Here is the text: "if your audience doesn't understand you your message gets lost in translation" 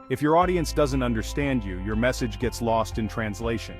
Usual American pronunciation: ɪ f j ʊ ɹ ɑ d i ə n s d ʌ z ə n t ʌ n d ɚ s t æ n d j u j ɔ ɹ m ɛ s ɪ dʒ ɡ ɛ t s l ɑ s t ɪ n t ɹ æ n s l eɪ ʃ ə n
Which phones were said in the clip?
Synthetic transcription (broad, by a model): ɪ f j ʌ ɹ ɑ d i ə n s d ʌ z ə n t ʌ n d ɚ s t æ n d j u j ɔ ɹ m ɛ s ɪ dʒ ɡ ɛ t s l ɑ s t ɪ n t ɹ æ n s l eɪ ʃ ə n